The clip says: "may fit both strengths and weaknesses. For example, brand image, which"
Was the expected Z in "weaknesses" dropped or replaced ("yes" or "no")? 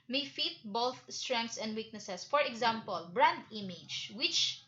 yes